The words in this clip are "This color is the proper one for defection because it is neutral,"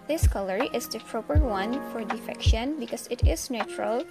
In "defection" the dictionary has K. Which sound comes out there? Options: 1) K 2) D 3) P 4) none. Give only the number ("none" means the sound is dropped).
1